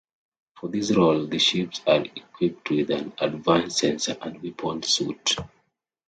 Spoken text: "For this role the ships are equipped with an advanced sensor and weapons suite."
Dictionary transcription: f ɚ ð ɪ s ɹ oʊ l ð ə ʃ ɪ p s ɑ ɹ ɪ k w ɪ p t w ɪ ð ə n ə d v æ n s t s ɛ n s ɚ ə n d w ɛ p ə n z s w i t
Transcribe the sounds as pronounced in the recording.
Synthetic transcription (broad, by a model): f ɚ ð ɪ s ɹ oʊ l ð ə ʃ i p s ɑ ɹ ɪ k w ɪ p t w ɪ ð ə n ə d v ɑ n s s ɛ n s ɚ ə n d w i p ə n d s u t